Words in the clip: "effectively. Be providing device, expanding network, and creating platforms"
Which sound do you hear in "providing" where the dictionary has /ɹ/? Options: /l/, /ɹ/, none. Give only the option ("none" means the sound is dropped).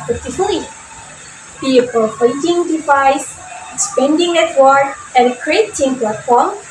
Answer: none